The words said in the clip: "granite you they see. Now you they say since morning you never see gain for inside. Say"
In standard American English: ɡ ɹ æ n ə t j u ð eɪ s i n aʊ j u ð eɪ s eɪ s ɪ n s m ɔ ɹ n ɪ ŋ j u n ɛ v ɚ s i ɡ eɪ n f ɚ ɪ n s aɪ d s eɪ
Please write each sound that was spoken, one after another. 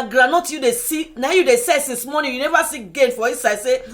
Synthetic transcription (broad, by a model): ɡ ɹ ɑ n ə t j u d eɪ s i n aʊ j u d eɪ s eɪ s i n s m ɔ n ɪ j u n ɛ v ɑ s i ɡ eɪ n f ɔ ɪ s aɪ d s eɪ